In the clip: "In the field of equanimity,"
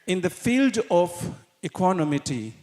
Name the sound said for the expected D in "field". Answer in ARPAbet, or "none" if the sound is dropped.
D